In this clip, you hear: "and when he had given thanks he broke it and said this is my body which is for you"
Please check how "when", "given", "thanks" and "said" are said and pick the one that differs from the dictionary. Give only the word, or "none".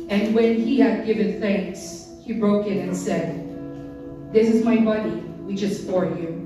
none